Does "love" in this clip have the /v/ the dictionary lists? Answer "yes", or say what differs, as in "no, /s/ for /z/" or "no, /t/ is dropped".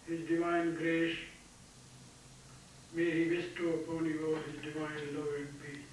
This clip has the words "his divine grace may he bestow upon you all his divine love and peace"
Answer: no, /v/ is dropped